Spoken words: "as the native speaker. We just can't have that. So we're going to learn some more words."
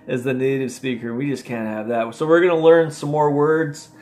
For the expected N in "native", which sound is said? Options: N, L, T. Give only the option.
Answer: N